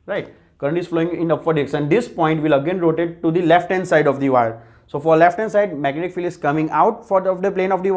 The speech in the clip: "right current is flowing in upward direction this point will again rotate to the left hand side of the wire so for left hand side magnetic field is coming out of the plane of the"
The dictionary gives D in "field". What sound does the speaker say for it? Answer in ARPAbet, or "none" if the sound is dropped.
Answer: none